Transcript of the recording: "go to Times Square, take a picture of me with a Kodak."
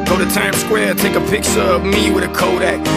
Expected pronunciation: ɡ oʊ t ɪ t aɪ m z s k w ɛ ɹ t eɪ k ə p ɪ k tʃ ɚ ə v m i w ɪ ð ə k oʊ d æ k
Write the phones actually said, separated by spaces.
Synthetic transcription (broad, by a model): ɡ oʊ t ɪ t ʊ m s k w ɛ ɹ t eɪ k ə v ɪ k s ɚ ə v m i w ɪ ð ə k oʊ d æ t